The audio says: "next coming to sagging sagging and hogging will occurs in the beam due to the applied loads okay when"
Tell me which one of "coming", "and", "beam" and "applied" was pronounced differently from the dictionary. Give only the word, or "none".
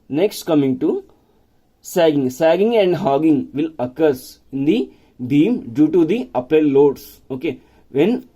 applied